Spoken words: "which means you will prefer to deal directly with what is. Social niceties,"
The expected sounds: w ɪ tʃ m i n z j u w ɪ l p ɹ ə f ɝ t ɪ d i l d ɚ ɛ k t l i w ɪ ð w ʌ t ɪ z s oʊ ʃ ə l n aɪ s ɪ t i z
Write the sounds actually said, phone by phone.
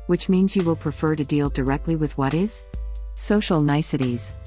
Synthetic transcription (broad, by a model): w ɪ tʃ m i n z j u w ɪ l p ɹ ə f ɝ t ɪ d i l d ɚ ɛ k t l i w ɪ ð w ʌ t ɪ z s oʊ ʃ l n aɪ s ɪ t i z